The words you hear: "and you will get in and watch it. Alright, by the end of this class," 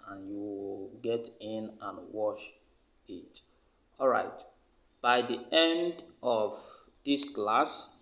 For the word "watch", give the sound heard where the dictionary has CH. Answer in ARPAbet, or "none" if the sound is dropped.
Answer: SH